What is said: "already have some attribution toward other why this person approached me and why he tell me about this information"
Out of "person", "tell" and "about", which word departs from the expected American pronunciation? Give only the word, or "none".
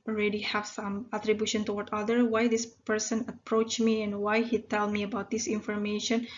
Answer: none